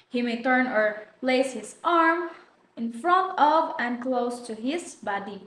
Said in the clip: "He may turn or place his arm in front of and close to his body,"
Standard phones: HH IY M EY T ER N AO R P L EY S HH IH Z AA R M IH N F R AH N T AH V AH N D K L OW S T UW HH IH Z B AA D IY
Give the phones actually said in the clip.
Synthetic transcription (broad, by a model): HH IY M EY T ER N AO R P L EY S HH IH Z AA R M IH N F R AH N T AH V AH N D K L OW S T UW HH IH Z B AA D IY